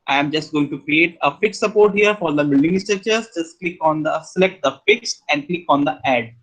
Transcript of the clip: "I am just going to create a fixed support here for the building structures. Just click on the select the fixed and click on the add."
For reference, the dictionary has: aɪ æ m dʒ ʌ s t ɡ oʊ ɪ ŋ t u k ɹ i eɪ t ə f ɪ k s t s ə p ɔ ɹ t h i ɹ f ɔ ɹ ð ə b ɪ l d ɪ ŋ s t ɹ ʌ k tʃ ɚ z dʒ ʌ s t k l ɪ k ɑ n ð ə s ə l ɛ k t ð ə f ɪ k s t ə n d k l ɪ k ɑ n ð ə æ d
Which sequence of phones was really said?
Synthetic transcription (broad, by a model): aɪ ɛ m dʒ ʌ s t ɡ oʊ ɪ ŋ t u k ɹ i eɪ t ə f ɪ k s s ə p ɔ ɹ t h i ɹ f ɔ ɹ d ə b ɪ l d ɪ ŋ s t ʌ tʃ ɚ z dʒ ʌ s t k l ɪ k ɑ n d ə s ə l ɛ k t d ə f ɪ k s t ə n d k l ɪ k ɑ n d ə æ d